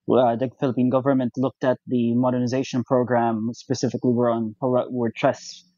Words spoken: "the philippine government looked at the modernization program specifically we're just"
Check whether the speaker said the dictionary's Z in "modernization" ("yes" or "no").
yes